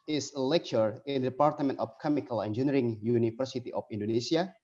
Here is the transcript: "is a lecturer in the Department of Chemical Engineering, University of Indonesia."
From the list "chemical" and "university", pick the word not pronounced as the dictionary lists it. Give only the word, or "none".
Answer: university